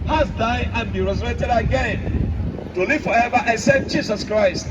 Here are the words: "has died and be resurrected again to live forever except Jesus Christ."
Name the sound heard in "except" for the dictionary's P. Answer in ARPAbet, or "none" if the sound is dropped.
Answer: none